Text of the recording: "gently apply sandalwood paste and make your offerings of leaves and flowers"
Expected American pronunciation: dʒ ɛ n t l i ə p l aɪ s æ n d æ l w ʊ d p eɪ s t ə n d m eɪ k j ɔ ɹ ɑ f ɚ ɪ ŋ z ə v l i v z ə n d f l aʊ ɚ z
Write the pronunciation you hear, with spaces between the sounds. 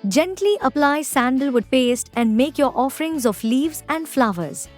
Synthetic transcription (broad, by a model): dʒ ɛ n t l i ə p l aɪ s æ n d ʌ l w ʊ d p eɪ s t ə n d m eɪ k j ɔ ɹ ɑ f ɚ ɪ ŋ z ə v l i v z ə n d f l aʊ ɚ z